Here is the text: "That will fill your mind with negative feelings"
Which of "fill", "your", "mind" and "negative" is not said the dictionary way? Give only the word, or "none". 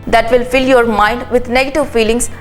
none